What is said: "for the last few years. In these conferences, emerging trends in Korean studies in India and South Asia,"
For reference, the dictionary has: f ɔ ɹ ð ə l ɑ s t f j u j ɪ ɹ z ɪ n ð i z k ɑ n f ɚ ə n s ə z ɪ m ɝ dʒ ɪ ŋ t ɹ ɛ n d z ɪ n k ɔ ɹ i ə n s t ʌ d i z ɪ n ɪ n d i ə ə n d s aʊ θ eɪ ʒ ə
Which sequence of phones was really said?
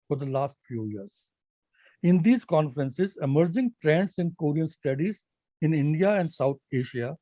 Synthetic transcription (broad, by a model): f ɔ ɹ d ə l ɑ s t f j u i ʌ ɹ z ɪ n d i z k ɑ n f ɚ ə n s ə z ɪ m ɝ dʒ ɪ ŋ t ɹ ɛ n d s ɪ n k ɔ ɹ i ə n s t ʌ d i z ɪ n ɪ n d i ə ə n d s aʊ t eɪ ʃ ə